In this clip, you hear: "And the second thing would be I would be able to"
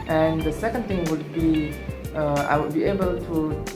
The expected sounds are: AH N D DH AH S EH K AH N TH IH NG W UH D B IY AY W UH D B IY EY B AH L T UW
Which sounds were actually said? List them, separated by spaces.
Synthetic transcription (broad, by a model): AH N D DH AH S EH K AH N T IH NG W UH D B IY AY W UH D B IY EY B AH L T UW